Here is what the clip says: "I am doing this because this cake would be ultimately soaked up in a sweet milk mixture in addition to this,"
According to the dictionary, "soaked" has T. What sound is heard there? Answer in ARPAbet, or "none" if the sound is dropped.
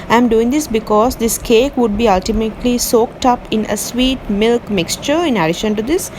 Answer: T